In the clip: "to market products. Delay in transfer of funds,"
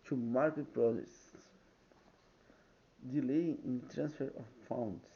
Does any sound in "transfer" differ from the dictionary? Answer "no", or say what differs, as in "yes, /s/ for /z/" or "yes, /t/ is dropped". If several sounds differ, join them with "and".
no